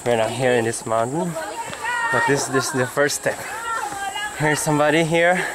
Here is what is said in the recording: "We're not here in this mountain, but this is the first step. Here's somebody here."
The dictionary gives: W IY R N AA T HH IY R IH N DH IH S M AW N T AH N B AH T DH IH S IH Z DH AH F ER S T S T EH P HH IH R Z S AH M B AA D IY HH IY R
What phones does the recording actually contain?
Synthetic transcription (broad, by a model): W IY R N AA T HH IY R IH N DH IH S M AW N T AH N B AH T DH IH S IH S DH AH F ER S S T EH P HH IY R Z S AH M B AA D IY HH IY R